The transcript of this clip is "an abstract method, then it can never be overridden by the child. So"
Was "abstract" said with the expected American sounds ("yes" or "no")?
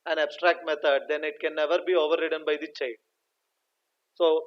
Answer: yes